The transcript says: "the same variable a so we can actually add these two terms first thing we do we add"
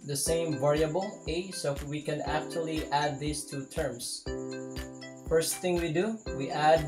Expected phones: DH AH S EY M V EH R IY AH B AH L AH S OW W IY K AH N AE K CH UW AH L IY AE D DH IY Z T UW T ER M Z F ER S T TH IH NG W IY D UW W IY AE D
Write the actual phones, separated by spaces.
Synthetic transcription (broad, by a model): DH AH S EY M V EH R IY AH B AH L AH S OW W IY K AH N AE K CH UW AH L IY AE D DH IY S T UW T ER M S F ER S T TH IH NG W IY D UW W IY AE D